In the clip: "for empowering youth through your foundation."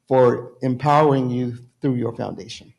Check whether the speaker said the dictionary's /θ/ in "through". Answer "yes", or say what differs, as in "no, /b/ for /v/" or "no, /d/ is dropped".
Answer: yes